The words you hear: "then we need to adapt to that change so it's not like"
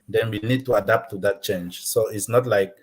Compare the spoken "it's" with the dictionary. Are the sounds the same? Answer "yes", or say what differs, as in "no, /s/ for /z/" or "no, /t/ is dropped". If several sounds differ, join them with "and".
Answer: yes